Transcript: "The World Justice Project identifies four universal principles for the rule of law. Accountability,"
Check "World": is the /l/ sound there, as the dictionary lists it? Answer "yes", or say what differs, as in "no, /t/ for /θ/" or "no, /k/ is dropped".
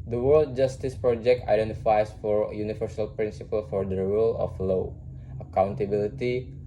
yes